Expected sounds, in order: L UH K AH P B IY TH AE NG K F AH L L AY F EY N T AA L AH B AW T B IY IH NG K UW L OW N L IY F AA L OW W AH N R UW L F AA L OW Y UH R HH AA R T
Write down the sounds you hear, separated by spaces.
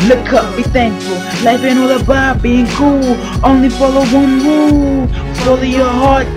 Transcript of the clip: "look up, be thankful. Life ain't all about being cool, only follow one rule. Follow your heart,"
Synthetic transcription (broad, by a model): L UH K AH P B IY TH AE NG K AH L L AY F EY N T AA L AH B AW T B IY IH NG K UW L OW N L IY F AA L OW W AH N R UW F AA L OW Y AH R HH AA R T